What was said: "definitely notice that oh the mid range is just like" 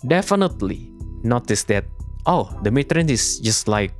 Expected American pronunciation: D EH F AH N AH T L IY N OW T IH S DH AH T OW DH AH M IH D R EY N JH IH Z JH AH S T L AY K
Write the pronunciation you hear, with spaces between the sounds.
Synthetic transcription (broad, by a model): D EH F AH N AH T L IY N OW T IH S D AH T OW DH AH M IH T R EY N IH S JH AH S T L AY K